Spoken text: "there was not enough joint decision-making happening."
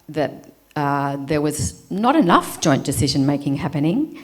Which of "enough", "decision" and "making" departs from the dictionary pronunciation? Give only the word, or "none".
none